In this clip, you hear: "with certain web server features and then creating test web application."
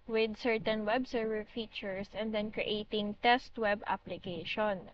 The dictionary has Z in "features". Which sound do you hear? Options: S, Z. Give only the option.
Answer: S